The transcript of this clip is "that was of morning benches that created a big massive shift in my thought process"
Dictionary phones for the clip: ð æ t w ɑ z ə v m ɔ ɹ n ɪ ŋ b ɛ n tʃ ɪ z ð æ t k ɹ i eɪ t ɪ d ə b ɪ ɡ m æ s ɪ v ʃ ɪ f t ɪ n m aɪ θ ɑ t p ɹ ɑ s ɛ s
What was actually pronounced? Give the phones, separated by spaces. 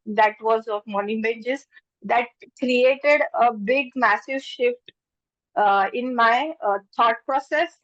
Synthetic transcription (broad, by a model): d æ t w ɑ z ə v m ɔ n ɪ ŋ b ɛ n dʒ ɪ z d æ t k ɹ i eɪ t ɪ d ə b ɪ ɡ m æ s ɪ v ʃ ɪ f t ɪ n m aɪ t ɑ t p ɹ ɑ s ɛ s